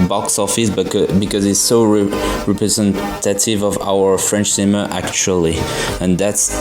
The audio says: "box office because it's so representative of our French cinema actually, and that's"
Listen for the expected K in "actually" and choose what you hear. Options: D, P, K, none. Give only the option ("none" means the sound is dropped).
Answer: K